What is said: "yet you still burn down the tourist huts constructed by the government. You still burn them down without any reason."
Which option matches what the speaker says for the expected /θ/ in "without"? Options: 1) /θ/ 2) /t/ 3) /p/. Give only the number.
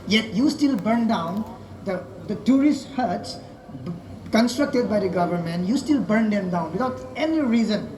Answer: 2